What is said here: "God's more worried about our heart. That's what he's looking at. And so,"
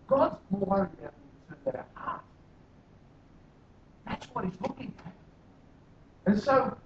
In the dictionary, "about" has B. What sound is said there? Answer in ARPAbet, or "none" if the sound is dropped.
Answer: none